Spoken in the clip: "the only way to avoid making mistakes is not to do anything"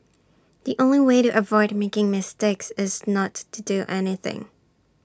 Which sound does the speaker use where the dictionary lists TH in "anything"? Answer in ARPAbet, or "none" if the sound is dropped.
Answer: TH